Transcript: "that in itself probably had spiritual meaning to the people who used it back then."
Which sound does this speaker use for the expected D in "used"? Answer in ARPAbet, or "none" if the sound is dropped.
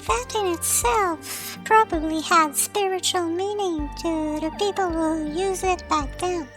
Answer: none